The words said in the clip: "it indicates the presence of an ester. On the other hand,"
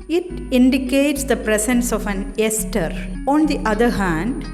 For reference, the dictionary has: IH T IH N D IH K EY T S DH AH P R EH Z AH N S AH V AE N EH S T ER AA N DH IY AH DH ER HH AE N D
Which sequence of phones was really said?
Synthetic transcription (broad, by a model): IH T IH N D IH K EY T S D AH P R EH S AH N S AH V AE N EH S T ER AA N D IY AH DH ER HH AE N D